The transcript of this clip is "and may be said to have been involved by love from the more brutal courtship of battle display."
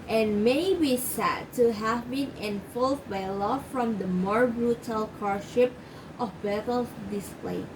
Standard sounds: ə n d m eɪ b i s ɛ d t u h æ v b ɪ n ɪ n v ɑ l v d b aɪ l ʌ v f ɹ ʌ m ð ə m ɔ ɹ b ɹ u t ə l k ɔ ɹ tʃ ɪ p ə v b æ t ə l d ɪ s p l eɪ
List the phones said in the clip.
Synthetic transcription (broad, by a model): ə n m eɪ b i s ɛ d t u h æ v b ɪ n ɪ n f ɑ l d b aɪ l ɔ f ɹ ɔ m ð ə m ɔ ɹ b ɹ u t ə l k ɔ ɹ ʃ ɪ p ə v b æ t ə l d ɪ s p l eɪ